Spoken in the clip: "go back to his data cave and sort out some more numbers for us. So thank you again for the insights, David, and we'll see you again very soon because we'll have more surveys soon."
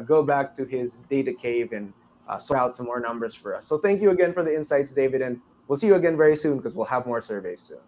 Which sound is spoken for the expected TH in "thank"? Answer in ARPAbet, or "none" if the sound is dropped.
TH